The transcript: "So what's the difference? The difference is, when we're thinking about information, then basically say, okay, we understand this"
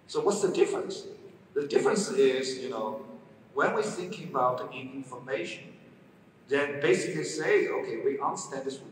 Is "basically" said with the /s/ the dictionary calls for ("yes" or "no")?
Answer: yes